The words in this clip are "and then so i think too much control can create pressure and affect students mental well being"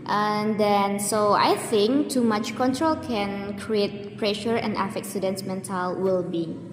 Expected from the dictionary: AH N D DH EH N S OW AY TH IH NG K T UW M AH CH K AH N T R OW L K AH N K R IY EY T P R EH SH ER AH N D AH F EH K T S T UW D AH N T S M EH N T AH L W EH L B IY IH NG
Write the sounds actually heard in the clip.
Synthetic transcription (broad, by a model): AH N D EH N S OW AY TH IH NG K T UW M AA CH K AH N T R OW L K AH N K R IY EY T P R EH SH ER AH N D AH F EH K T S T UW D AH N S M EH N T AH L W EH L B IY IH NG